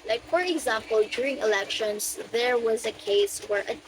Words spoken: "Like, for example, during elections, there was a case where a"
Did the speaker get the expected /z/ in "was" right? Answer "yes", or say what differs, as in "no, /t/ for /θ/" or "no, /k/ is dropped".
yes